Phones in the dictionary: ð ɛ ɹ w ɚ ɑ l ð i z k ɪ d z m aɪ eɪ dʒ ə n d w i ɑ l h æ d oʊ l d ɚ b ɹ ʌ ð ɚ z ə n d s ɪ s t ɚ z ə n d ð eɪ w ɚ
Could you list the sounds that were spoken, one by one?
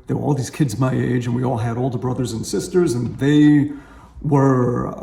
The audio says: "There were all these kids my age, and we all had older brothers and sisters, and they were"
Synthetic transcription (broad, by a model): ð ɛ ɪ w ɚ ɑ l ð i z k ɪ d z m aɪ eɪ dʒ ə n w i ɑ l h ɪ d oʊ l d ɚ b ɹ ʌ ð ɚ z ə n s ɪ s t ɚ z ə n ð eɪ w ɚ